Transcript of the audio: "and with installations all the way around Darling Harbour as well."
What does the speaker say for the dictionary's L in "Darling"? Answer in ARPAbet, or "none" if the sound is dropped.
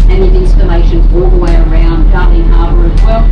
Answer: none